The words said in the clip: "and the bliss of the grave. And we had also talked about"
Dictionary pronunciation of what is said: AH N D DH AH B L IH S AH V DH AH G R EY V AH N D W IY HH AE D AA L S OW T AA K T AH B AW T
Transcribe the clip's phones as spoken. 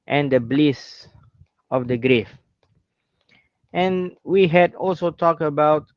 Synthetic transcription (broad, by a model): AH N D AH B L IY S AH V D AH G R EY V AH N W IY HH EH D AA L S OW T AA K T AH B AW T